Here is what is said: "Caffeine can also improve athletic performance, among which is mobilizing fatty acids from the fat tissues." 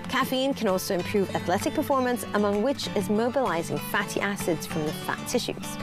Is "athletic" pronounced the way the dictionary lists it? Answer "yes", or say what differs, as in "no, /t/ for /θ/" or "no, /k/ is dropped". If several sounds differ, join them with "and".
yes